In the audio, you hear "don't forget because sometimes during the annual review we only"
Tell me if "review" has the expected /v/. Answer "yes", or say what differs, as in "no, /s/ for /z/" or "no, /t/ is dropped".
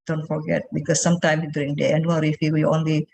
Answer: no, /f/ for /v/